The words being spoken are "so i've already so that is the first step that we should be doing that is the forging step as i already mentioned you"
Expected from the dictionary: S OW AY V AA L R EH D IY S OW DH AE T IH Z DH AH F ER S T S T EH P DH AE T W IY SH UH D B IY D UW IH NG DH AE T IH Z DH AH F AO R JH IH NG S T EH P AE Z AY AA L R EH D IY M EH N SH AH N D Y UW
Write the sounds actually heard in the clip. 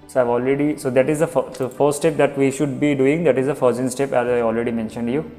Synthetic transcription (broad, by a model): S OW AY V AA L R EH D IY S OW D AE T IH Z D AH F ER S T S T EH P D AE T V IY SH UH D B IY D UW IH NG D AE T IH Z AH F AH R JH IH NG S T EH P AE Z AY AA L R EH D IY M EH N SH AH N D Y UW